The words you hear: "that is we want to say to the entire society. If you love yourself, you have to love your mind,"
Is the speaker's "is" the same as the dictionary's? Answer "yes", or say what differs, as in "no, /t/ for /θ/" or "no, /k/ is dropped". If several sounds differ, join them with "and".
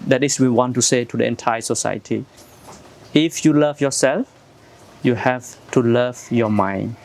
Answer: no, /s/ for /z/